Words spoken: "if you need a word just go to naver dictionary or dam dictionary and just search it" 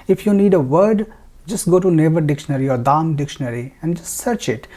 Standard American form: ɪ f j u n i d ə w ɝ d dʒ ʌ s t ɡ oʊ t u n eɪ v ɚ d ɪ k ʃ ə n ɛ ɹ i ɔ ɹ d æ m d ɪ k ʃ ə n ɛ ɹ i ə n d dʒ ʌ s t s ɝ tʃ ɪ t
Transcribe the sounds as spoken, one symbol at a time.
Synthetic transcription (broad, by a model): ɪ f j u n i d ə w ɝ d dʒ ʌ s t ɡ oʊ t u n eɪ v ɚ d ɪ k ʃ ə n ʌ ɹ i ɔ ɹ d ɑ m d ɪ k ʃ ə n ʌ ɹ i ə n d dʒ ʌ s t s ɝ tʃ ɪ t